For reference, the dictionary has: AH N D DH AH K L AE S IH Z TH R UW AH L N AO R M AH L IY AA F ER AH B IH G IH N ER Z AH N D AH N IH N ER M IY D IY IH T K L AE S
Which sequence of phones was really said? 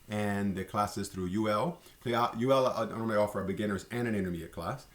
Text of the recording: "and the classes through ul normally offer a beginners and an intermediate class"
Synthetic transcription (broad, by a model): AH N DH AH K L AE S IH Z TH R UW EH L L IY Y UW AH L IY AA F ER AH B IH G IH N ER Z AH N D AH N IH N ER M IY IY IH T K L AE S